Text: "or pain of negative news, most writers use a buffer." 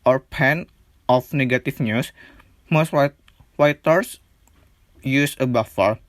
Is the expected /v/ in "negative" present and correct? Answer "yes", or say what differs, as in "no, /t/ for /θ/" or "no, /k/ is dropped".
no, /f/ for /v/